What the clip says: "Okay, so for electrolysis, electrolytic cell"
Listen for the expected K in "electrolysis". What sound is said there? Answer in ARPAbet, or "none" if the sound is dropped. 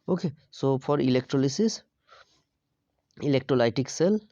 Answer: K